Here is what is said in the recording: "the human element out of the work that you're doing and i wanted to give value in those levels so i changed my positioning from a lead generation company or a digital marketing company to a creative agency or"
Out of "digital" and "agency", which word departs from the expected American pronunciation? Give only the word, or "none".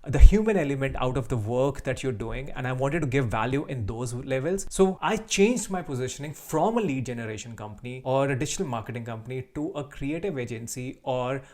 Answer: digital